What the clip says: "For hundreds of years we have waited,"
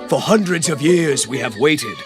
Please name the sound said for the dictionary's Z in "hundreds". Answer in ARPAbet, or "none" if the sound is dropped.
Z